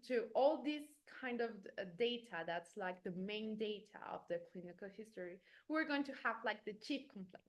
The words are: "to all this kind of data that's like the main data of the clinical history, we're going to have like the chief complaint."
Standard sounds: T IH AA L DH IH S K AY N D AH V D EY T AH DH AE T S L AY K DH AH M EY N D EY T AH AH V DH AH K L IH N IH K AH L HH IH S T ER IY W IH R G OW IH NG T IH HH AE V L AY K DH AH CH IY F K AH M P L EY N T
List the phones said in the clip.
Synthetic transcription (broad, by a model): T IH AA L DH IH S K AY N D AH V D EY T AH DH AE T S L AY K DH AH M EY N D EY T AH AH V DH AH K L IH N IH K AH L HH IH S T ER IY W IH R G OW IH NG T IH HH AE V L AY K DH AH CH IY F K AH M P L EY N